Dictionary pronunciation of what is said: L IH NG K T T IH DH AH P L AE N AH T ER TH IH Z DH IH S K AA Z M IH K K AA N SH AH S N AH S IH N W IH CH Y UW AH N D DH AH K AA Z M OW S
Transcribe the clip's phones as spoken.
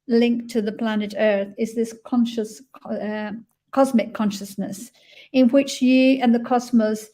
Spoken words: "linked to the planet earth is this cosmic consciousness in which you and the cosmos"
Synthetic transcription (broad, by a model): L IH NG K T T IH DH AH P L AE N AH T ER TH IH Z DH IH S K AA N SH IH K K AA N SH AH S N AH S IH N W IH CH Y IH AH N DH AH K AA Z M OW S